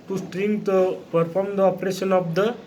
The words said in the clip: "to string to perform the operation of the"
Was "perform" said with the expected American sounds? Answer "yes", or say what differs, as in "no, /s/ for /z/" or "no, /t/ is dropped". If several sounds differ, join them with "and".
no, /p/ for /f/